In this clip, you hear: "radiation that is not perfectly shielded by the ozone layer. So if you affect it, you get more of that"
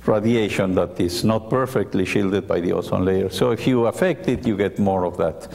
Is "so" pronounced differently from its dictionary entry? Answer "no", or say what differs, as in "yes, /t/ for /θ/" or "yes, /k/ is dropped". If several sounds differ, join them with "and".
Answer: no